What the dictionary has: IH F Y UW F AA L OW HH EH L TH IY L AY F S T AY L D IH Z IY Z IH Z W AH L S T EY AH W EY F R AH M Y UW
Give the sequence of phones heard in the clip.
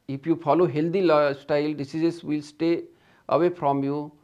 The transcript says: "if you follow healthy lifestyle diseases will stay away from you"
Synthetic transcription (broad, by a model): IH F Y UW F AA L OW HH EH L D IY L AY S T AY L D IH S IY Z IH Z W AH L S T EY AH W EY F R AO M Y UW